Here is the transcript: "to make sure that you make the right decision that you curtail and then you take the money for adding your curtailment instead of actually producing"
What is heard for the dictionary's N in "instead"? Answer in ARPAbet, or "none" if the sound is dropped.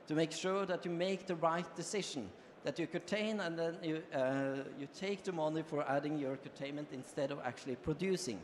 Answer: N